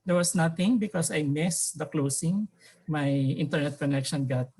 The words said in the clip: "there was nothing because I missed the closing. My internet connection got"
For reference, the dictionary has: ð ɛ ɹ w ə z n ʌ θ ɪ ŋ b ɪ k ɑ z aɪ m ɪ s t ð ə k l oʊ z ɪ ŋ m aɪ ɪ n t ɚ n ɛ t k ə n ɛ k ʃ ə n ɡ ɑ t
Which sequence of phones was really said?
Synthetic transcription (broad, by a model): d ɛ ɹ w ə s n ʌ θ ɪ ŋ b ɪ k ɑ s aɪ m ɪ s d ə k l oʊ s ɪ ŋ m aɪ ɪ n t ɚ n ɛ t k ə n ɛ k ʃ ə n ɡ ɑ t